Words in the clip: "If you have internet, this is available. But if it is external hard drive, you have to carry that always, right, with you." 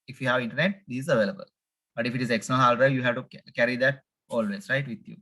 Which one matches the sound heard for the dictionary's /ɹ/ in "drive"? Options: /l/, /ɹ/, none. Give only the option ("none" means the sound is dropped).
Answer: none